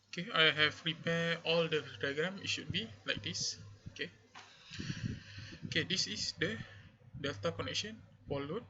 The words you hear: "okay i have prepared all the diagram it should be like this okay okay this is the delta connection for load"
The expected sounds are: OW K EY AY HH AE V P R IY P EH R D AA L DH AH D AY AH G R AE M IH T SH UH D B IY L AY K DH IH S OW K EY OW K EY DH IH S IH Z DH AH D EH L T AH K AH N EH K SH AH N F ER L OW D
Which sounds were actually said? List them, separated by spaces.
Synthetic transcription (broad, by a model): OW K EY AY HH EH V R IY P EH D AA L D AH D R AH G R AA M IH T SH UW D B IY L AY K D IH S OW K EY OW K EY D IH S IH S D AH D EH L T AH K AH N EH K SH AH N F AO L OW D